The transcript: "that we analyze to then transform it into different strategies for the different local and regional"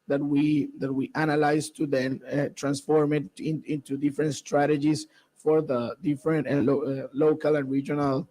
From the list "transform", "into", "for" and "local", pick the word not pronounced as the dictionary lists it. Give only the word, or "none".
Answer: none